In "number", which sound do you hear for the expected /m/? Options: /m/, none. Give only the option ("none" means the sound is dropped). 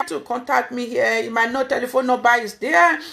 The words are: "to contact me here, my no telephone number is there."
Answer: none